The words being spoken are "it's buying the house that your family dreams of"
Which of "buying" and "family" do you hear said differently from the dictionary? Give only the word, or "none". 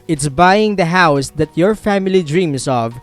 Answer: none